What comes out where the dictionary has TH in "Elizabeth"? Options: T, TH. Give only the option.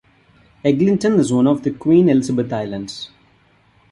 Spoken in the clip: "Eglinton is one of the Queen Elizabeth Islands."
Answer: T